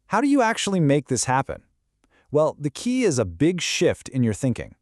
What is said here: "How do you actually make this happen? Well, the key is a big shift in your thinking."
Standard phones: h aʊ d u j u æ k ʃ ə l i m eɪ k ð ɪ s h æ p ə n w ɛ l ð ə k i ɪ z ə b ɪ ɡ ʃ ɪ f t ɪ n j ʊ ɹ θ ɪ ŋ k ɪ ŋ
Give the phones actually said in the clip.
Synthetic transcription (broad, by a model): h aʊ d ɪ j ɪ æ k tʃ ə l i m eɪ k ð ɪ s h æ p ə n w ɛ l ð ə k i ɪ z ə b ɪ ɡ ʃ ɪ f t ɪ n j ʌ ɹ θ ɪ ŋ k ɪ ŋ